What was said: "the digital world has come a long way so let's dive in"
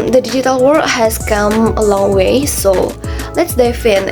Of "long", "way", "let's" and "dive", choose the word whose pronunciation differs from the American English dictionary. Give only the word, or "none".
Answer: dive